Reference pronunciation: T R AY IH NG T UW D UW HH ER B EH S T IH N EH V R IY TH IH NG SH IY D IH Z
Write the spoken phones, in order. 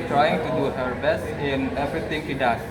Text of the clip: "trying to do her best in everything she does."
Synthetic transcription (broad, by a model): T R AY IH NG T UW D UW HH ER B EH S T IH N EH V R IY T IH NG SH IY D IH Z